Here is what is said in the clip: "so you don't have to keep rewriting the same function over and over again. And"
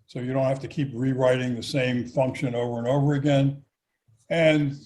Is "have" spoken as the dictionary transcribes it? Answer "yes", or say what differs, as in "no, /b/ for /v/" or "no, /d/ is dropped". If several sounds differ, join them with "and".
no, /f/ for /v/